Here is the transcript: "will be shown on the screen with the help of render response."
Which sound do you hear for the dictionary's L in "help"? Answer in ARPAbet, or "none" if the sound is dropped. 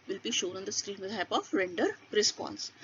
none